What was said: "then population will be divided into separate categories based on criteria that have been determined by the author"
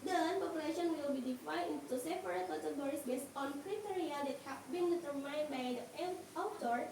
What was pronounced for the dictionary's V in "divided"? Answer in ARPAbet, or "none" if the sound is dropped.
F